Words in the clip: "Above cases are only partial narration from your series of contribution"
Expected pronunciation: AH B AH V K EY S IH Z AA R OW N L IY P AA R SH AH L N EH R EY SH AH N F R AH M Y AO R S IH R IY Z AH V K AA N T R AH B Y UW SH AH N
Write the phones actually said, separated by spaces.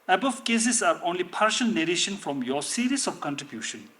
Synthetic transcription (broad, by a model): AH B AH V K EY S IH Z AA R OW N L IY P AA R SH AH L N EH R EY SH AH N F R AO M Y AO S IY R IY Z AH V K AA N T R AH B Y UW SH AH N